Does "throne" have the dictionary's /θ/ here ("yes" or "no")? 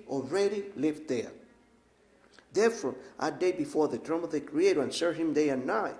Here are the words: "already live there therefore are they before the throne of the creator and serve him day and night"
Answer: no